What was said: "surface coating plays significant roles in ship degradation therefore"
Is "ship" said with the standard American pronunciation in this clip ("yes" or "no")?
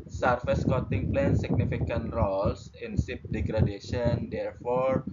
no